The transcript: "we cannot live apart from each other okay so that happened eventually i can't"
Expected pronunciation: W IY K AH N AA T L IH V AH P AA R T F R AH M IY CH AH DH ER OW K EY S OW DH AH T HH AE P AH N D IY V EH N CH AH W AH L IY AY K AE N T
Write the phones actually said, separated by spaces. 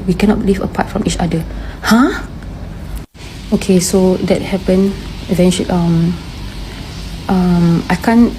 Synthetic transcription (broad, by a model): W IY K AH N AA T L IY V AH P AA T F R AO M IY CH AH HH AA OW K EY S OW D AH T HH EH P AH N IY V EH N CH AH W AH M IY AY K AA N